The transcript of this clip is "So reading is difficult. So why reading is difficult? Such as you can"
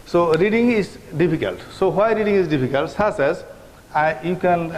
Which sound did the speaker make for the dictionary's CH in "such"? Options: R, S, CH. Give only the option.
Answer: S